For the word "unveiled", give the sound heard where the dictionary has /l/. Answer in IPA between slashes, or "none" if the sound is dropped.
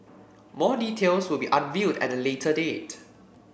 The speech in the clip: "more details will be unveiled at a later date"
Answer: none